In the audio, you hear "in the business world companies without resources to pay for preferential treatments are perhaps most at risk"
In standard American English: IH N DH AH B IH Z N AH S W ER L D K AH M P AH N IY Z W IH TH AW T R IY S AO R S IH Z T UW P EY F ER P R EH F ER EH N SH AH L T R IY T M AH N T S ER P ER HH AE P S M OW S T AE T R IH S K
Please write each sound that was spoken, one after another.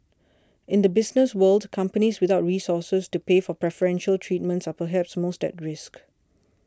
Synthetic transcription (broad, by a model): IH N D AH B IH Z N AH S W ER L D K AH M P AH N IY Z W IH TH AW T R IY S AO S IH S T UW P EY F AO P R EH F ER EH N SH AH L T R IY T M AH N T S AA P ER HH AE P S M OW S T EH T R IH S K